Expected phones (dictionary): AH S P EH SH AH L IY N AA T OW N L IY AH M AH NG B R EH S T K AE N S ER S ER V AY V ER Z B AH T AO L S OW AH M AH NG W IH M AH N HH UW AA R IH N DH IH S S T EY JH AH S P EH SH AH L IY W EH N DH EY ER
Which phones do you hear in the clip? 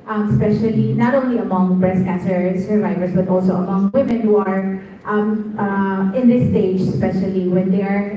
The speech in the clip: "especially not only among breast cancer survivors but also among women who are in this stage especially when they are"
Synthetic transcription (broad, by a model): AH S P EH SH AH L IY N AA T OW N L IY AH M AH NG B R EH S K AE N S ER S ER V AY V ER S B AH T AO L S OW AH M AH NG W IH M AH N HH UW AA R IH N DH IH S S T EY JH S P EH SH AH L IY W EH N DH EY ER